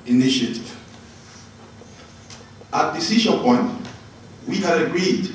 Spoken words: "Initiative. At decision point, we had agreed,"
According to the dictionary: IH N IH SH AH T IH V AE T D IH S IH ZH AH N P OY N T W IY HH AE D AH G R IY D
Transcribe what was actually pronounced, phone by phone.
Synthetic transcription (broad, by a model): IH N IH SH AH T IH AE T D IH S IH SH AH P OY N T W IY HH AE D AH G R IY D